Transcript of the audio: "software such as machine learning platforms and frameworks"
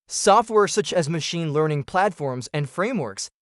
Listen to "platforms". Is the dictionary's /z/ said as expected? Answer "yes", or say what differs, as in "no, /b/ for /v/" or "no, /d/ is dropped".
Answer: yes